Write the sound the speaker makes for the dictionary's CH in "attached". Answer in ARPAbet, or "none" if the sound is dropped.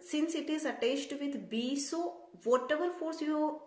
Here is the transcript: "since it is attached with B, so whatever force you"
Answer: S